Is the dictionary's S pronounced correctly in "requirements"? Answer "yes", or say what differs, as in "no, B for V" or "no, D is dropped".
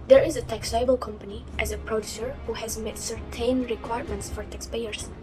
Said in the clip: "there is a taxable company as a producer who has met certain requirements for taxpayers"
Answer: yes